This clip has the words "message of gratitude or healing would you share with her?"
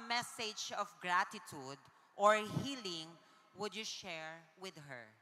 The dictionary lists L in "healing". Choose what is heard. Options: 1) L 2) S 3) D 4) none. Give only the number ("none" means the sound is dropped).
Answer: 1